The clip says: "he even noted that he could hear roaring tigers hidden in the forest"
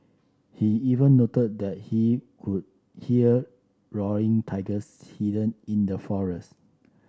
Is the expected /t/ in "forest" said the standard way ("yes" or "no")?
yes